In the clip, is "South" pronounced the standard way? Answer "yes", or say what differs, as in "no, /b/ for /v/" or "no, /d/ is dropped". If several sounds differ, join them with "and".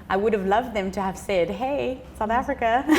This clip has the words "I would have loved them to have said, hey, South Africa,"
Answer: yes